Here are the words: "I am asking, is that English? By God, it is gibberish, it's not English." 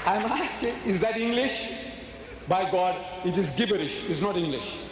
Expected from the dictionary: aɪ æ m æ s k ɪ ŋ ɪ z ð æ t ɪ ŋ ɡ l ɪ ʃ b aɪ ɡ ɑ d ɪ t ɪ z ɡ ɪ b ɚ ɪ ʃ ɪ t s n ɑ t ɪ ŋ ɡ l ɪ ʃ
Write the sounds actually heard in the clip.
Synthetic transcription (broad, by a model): aɪ m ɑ s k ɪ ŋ ɪ z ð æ t ɪ ŋ ɡ l ɪ ʃ b aɪ ɡ ɑ d ɪ t ɪ z ɡ ɪ b ɚ ɪ ʃ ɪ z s n ɑ t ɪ ŋ ɡ l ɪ ʃ